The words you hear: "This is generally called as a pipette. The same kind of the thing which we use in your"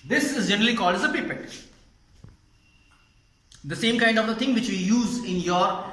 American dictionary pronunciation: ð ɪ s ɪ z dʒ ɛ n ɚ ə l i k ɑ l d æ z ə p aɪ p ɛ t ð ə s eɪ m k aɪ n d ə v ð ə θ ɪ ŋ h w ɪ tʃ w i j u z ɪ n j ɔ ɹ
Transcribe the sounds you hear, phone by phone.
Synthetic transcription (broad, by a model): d ɪ s ɪ z dʒ ɛ n ɚ ə l i k ɑ l d æ z ə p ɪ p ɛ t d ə s eɪ m k aɪ n d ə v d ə t ɪ ŋ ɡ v ɪ tʃ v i j u z ɪ n j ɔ ɹ